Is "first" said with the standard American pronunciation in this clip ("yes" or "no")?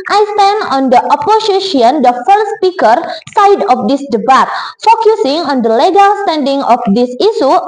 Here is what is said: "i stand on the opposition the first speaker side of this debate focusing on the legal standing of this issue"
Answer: no